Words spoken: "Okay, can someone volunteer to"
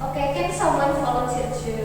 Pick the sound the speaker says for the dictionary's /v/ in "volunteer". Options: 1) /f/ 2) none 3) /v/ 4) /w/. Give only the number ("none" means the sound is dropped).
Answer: 1